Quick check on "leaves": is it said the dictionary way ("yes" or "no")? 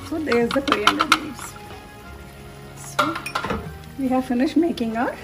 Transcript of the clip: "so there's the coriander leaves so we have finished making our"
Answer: no